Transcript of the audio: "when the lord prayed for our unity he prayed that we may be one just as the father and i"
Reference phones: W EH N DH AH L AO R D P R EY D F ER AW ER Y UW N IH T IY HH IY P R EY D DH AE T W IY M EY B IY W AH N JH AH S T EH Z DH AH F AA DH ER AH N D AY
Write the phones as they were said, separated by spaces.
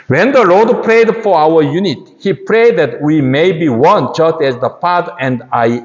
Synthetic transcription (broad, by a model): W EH N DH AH L AO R D P R EY D F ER AW ER Y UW N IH T HH IY P R EY D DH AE T W IY M EY B IY W AH N JH AH S T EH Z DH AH P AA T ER AH N D AY